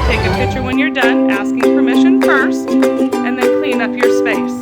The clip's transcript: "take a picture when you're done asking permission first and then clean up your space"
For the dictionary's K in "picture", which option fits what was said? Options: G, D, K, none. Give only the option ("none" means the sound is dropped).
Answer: K